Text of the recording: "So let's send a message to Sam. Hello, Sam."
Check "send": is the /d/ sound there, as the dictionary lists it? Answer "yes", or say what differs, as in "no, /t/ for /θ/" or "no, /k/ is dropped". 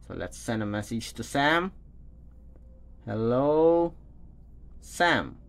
yes